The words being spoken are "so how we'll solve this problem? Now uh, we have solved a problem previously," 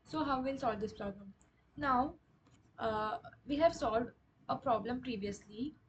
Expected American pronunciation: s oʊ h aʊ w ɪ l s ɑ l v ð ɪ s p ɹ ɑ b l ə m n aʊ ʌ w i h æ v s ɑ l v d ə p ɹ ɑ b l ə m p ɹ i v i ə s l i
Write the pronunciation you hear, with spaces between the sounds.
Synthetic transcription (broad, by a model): s oʊ h aʊ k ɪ n s ɑ l v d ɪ s p ɹ ɑ b l ə m n aʊ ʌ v i h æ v s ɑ l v d ə p ɹ ɑ b l ə m p ɹ i v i ə s l i